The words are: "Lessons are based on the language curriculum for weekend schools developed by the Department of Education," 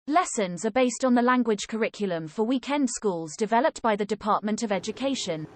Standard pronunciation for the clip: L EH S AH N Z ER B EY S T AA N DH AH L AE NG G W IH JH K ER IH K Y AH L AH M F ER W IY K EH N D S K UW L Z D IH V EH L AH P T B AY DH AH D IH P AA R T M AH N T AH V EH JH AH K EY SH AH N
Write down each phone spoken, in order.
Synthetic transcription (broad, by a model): L EH S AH N Z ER B EY S T N DH AH L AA NG G W IH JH K ER IH K Y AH L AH M F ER W IY K EH N D S K UW L Z D IH V EH L AH P T B AY DH AH D IH P AA T M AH N T AH V EH JH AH K EY SH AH N